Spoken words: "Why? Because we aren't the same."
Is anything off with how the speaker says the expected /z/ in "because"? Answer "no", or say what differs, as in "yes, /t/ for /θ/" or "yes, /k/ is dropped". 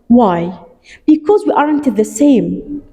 no